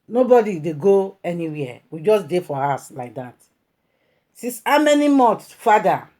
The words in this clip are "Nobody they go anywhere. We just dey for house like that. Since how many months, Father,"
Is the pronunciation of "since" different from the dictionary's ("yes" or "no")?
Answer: yes